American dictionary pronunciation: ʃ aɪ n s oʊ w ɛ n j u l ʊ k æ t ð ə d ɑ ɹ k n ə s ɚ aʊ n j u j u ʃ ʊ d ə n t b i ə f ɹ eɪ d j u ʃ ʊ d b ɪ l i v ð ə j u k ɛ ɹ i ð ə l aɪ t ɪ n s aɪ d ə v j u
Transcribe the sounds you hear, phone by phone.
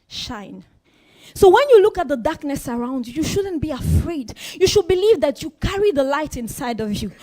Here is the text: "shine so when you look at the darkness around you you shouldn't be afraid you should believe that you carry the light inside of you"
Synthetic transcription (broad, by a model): ʃ aɪ n s oʊ w ɛ n j u l ʊ k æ t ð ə d ɑ ɹ k n ə s ɚ aʊ n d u j u ʃ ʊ d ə n b i ə f ɹ eɪ d j u ʃ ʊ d b ɪ l i v ð ə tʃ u k ɛ ɹ i ð ə l aɪ t ɪ n s aɪ d ə v j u